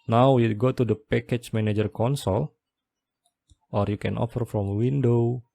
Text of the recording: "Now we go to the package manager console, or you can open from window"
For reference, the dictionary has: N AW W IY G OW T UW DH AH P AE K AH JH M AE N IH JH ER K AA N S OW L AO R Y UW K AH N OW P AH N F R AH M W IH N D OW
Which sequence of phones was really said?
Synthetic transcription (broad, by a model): N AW W IY G OW T UW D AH P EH K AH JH M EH N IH JH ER K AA N S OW L AO R Y UW K AH N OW F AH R F R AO M W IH N D OW